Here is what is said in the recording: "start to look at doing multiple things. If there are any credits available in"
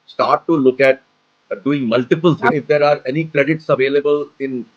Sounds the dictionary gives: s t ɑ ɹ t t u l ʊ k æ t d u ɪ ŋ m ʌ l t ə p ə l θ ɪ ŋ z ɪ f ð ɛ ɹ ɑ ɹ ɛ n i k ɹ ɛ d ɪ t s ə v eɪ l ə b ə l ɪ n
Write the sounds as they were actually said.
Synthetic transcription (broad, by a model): s t ɑ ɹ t t u l ʊ k æ t d u ɪ ŋ m ʌ l t ə p ə l t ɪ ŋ ɪ f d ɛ ɹ ɑ ɹ ɛ n i k ɹ ɛ d ɪ t s ə v eɪ l ə b ə l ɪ n